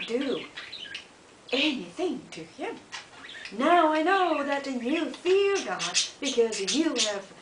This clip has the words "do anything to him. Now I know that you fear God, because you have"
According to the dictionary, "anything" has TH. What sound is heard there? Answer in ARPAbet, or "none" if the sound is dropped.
TH